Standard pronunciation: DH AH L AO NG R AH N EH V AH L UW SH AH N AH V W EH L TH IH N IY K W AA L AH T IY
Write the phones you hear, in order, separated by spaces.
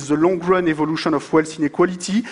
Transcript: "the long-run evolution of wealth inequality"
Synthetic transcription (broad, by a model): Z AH L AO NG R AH N EH V AH L UW SH AH N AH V W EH L S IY N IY K W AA L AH T IY